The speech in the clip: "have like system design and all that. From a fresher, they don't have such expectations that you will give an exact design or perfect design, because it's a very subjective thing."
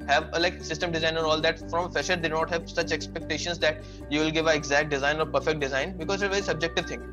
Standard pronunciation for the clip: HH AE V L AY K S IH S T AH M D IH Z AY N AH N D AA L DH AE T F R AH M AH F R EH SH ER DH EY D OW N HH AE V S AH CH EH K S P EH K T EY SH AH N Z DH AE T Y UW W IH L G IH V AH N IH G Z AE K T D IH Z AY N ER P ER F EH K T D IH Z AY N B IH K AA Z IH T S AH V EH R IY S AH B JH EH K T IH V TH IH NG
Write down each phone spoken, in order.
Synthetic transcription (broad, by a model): HH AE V L AY K S IH S T AH M D IH Z AY N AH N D AA L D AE T F R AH M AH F EH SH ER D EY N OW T HH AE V S AH CH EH K S P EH K T EY SH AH N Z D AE T Y UW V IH L G IH V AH IH G Z AE K T D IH Z AY N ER P ER F EH K T D IH Z AY N B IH K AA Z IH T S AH V EH R IY S AH B JH EH K T IH V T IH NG